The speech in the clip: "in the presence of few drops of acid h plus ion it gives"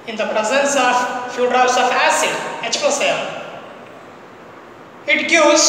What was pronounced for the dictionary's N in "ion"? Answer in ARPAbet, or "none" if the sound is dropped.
L